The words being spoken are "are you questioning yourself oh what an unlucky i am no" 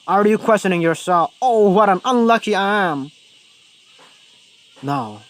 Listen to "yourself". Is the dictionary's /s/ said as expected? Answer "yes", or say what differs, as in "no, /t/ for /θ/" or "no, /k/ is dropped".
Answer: yes